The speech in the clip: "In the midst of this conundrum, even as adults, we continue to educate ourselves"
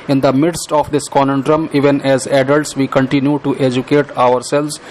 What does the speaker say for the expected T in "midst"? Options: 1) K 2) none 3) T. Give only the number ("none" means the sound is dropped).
3